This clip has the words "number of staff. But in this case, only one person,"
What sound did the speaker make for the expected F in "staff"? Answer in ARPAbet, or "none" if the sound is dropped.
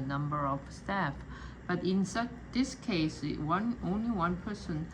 F